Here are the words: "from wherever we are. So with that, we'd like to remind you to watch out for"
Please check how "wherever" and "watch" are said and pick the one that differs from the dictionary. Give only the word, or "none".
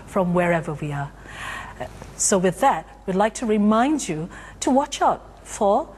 none